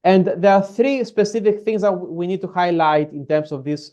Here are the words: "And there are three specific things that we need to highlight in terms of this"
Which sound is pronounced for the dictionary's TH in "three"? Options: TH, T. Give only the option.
TH